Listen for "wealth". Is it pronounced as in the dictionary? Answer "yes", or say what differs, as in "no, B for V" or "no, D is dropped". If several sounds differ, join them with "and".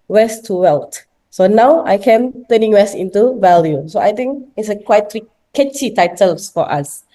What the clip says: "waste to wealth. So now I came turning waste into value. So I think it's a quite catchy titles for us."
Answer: no, T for TH